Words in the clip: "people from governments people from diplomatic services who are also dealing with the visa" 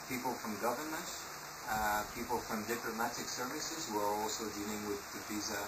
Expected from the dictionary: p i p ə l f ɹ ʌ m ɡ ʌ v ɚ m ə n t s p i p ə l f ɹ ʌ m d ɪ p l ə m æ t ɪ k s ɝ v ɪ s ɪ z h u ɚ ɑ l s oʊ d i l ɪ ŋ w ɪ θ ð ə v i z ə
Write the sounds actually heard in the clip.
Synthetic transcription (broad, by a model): p i p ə l f ɹ ʌ m ɡ ʌ v ɚ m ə n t p i p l f ɹ ʌ m d ɪ p l ə m æ t ɪ k s ɝ v ɪ s ɪ z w ɚ ɑ l s oʊ d i l ɪ ŋ w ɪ ð ə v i z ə